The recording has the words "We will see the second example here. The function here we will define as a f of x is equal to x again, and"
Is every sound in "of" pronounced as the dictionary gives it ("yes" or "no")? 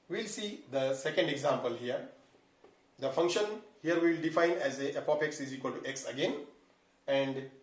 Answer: no